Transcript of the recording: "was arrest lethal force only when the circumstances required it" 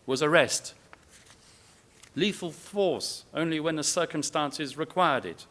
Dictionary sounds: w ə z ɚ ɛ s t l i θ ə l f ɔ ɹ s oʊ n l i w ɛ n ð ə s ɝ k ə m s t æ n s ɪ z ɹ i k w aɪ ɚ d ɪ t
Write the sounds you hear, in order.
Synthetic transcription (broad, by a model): w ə z ɚ ɛ s t l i f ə l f ɔ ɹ s oʊ n l i w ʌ n ð ə s ɝ k ə m s t æ n s ɪ z ɹ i k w aɪ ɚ d ɪ t